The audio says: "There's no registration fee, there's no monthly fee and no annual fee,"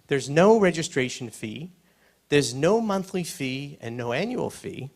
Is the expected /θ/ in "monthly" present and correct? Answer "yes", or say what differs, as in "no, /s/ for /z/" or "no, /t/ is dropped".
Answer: yes